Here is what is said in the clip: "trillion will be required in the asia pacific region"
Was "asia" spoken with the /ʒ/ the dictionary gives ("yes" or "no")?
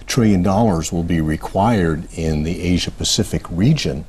yes